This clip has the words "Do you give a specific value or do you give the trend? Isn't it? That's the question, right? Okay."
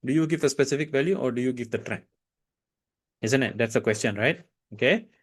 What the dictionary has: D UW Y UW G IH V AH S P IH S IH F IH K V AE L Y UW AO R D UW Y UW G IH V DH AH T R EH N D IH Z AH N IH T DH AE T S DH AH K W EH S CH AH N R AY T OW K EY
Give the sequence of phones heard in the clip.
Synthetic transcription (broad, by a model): D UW Y UW G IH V AH S P IH S IH F IH K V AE L Y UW AO R D UW Y UW G IH V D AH T R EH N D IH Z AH N IH T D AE T S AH K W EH S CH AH N R AY T OW K EY